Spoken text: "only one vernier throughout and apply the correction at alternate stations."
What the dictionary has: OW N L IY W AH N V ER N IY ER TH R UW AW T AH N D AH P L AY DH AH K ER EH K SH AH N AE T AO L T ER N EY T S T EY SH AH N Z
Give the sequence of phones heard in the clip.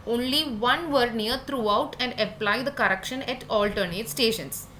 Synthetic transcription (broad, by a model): OW N L IY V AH N V ER N IY ER T R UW AW T AH N D AH P L AY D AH K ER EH K SH AH N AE T AO L T ER N EY T S T EY SH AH N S